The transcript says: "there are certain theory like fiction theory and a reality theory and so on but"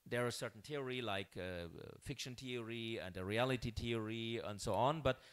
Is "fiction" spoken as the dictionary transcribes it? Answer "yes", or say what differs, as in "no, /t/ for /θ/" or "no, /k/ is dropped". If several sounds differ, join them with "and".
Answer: yes